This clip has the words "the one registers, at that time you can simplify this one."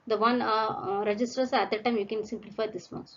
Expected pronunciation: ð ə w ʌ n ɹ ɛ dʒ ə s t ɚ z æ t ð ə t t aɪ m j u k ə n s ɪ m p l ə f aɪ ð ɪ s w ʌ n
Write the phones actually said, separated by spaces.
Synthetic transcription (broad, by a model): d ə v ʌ n ɹ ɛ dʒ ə s t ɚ s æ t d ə t t aɪ m j u k ə n s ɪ m p l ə f aɪ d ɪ s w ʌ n